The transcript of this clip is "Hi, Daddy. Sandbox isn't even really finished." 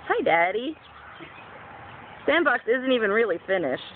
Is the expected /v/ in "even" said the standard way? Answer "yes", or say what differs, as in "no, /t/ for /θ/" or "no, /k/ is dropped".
yes